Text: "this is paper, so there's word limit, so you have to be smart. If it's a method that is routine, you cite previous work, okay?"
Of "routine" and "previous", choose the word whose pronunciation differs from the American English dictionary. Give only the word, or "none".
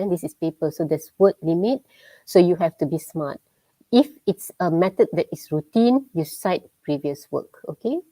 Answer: none